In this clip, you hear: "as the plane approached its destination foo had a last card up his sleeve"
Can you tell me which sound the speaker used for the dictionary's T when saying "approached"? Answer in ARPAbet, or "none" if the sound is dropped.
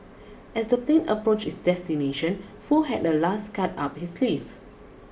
none